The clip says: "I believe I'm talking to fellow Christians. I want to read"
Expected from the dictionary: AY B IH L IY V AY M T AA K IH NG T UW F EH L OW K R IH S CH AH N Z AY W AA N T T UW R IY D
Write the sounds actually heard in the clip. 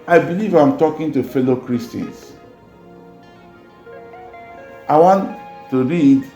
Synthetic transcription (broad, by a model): AY B IH L IY V AY M T AA K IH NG T UW F EH L OW K R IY S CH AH N S AY W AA N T T UW R IY D